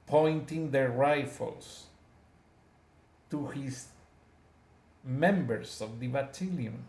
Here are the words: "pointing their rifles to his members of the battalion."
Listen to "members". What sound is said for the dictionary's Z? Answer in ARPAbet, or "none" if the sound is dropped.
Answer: S